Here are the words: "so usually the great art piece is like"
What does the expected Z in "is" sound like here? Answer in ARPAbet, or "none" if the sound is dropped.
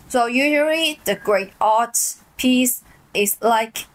S